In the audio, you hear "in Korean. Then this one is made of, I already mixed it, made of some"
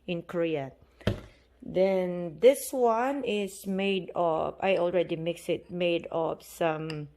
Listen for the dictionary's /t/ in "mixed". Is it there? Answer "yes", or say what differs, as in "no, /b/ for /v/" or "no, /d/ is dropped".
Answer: no, /t/ is dropped